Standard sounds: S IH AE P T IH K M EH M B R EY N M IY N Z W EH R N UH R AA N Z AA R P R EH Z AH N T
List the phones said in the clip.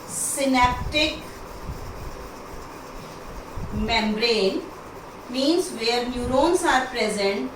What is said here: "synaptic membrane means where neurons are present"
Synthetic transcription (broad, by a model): S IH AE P T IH K M EH M B R EY N M IY N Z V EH R N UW R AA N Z AA R P R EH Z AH N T